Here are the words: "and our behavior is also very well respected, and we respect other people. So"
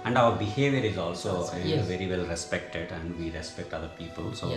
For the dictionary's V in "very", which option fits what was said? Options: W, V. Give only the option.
V